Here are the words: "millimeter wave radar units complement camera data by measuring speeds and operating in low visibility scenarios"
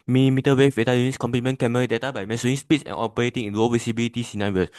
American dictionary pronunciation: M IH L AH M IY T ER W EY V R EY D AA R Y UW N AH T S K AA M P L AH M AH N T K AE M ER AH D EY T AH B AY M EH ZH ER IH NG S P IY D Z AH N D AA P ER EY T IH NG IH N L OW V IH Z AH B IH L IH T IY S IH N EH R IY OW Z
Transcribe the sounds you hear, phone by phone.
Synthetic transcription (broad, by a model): M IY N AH M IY T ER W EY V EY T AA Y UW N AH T S K AA M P AH M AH N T K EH M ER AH D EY T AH B AY M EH S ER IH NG S P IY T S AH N AA P ER EY T IH NG IH N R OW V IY S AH B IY L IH T IY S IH N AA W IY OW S